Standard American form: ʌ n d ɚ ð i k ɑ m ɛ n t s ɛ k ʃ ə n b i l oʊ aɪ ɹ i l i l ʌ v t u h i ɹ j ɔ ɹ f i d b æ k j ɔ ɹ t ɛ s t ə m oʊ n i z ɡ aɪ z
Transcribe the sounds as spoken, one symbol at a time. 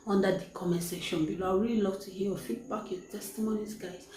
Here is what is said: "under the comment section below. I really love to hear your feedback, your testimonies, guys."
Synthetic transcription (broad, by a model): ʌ n d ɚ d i k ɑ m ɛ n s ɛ ʃ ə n b i l oʊ aɪ ɹ i l i l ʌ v t u h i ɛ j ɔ f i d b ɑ k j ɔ t ɛ s t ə m oʊ n i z ɡ aɪ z